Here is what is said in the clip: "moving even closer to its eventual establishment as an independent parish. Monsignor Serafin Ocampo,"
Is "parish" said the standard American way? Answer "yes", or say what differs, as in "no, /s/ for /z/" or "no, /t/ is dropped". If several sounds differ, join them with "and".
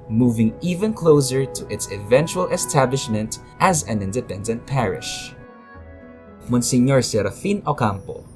yes